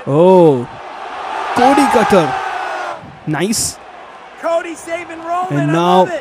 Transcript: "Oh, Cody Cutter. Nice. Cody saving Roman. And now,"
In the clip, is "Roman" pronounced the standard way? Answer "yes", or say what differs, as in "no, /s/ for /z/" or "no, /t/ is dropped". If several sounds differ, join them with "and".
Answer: no, /m/ is dropped